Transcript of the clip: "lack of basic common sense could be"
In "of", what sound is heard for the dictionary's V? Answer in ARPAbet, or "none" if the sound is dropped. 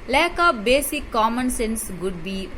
P